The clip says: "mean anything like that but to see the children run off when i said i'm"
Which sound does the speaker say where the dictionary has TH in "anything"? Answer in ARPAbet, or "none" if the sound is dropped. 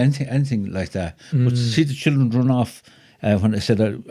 TH